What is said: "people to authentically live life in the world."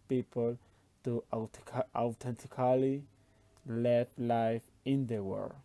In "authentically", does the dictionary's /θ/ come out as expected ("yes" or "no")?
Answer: no